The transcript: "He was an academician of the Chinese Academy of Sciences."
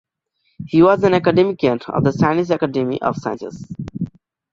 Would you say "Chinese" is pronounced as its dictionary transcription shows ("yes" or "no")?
no